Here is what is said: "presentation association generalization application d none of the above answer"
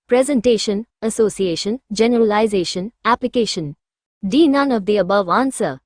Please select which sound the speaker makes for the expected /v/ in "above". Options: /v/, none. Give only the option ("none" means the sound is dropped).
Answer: /v/